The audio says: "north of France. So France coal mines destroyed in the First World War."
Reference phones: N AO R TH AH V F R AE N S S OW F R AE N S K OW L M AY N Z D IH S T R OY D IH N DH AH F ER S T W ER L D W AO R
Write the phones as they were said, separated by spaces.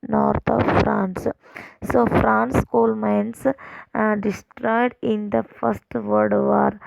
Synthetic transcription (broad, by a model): N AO R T AH V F R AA N S S OW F R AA N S K OW L M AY N S D IH S T R OY D IH N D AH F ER S T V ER D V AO R